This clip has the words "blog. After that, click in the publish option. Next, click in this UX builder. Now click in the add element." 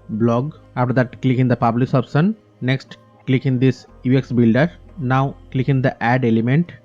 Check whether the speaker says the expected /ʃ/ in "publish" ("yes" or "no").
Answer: no